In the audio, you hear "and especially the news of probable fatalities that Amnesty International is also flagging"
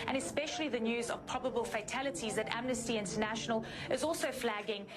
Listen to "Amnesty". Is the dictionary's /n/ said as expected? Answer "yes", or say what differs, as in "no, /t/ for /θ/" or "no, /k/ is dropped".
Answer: yes